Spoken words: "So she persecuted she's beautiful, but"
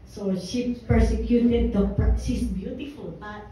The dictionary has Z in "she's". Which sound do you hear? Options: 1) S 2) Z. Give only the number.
1